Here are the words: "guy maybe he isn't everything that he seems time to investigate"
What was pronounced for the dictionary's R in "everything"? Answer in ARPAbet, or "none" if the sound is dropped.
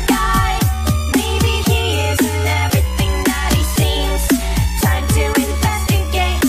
R